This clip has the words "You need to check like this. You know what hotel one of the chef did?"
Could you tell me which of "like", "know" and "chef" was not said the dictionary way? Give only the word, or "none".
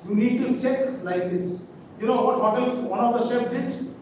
chef